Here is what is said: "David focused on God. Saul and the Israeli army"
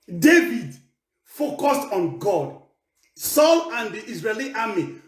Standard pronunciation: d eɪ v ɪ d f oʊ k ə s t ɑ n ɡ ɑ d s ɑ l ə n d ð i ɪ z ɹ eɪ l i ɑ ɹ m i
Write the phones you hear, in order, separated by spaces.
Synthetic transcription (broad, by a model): d eɪ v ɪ d f oʊ k ə s t ɑ n ɡ ɑ d s ɑ l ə n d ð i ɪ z ɹ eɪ l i ɑ m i